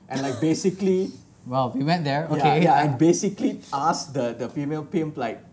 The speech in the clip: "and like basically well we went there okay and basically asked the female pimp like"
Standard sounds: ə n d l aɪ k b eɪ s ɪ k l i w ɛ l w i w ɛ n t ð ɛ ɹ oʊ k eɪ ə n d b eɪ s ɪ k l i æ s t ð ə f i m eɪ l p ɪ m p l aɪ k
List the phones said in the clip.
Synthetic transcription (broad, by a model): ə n l aɪ k b eɪ s ɪ k l i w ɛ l w i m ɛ t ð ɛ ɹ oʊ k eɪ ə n b eɪ s ɪ k l i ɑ s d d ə f i m eɪ l p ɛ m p l aɪ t